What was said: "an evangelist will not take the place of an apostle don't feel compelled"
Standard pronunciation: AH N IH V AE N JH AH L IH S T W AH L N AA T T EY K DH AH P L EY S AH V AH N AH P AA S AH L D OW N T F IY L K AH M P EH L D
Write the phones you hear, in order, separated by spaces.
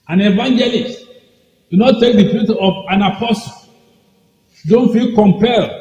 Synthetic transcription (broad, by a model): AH N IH V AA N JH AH L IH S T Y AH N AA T T EY K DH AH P UW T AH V AH N AH P AA S AH L D OW N T F IY L K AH M P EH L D